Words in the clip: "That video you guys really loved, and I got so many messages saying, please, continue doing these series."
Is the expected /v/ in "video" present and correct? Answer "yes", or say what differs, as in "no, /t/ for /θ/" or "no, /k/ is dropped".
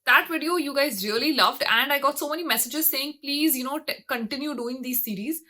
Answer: yes